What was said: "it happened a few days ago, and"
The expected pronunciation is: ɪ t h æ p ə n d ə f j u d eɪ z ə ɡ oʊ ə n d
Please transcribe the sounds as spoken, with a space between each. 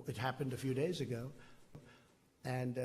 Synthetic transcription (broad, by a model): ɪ t h æ p ə n d ə f j u d eɪ z ə ɡ oʊ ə n